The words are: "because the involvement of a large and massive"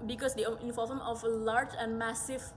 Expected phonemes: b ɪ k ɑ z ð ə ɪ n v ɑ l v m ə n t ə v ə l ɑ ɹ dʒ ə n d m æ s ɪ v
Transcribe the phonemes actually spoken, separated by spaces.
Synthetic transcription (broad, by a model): b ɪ k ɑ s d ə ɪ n f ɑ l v ə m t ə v ə l ɑ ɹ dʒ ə n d m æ s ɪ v